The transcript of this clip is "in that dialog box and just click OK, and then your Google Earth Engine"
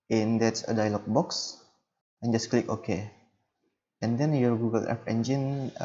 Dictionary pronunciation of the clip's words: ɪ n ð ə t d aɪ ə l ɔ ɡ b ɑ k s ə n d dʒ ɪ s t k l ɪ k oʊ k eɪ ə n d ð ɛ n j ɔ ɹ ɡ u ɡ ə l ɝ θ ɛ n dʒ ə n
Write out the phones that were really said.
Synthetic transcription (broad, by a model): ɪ n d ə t d aɪ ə l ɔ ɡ b ɑ k s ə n dʒ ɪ s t k l ɪ k oʊ k eɪ ə n d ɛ n j ɔ ɹ ɡ u ɡ ə l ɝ f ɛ n dʒ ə n